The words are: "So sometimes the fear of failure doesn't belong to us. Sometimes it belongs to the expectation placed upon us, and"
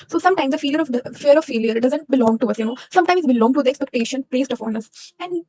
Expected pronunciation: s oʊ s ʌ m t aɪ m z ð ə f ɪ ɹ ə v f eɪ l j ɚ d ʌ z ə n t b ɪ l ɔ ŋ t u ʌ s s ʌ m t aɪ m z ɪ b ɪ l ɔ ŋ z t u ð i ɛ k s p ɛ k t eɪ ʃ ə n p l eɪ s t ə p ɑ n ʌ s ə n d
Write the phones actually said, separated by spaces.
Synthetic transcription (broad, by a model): s oʊ s ʌ m t aɪ m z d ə f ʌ ɹ ə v f eɪ l j ɚ d ʌ z ə n t b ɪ l ɔ ŋ t u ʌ s s ʌ m t aɪ m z b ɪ l ɔ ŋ t u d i ɛ k s p ɛ k t eɪ ʃ ə n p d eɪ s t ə f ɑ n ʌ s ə n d